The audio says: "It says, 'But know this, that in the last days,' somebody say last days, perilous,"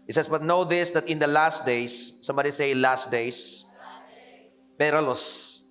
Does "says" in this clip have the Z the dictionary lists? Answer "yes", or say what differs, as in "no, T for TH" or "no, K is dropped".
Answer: no, S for Z